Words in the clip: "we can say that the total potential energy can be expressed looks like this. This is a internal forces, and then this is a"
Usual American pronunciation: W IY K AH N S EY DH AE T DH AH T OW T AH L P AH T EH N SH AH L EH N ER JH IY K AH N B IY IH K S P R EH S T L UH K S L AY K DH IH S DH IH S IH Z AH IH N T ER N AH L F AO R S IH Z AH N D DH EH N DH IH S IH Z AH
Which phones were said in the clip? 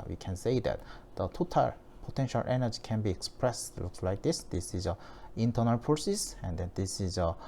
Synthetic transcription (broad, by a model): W IY K AH N S EY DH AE T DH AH T OW T AH L P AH T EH N SH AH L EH N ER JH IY K AH N B IY IH K S P R EH S T L UH K S L AY K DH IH S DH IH S IH Z AH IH N T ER N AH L P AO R S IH S AH N D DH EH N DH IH S IH Z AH